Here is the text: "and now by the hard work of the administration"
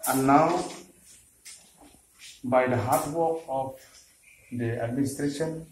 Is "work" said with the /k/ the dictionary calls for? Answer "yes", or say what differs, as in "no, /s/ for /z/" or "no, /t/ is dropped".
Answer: no, /k/ is dropped